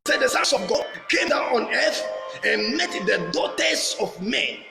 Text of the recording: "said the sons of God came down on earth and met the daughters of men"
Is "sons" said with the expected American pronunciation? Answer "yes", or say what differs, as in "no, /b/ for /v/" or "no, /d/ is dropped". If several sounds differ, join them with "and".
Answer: no, /s/ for /z/